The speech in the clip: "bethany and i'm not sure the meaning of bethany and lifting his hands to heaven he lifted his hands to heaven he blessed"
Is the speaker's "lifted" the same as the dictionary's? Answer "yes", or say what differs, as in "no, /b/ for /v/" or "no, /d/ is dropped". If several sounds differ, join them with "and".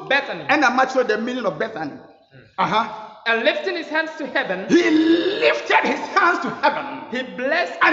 yes